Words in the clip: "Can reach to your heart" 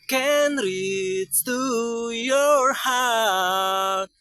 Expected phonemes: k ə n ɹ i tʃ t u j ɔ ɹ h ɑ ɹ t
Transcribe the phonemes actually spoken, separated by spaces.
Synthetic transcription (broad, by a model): k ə n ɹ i s t u j ɔ ɹ h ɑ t